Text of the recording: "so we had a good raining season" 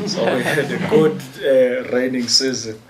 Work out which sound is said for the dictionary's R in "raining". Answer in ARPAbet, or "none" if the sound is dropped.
R